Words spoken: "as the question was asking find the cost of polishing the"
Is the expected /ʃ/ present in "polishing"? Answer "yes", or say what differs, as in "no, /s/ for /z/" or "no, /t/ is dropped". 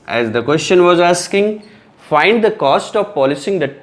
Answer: no, /s/ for /ʃ/